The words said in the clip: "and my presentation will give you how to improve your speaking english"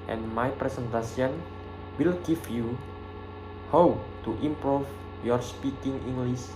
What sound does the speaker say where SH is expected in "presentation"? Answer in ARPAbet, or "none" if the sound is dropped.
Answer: S